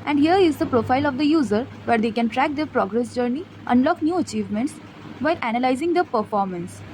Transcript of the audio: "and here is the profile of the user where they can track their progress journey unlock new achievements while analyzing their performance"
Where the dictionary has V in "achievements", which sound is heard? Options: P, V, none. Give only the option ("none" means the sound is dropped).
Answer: V